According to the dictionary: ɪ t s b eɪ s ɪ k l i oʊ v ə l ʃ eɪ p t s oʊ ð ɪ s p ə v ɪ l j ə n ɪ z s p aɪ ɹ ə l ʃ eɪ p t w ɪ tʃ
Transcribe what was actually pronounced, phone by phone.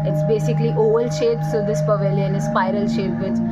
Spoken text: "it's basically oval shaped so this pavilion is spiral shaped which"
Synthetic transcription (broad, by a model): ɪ t s b eɪ s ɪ k l i oʊ v ə l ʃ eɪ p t s oʊ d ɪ s p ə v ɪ l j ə n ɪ s p aɪ ɹ ə l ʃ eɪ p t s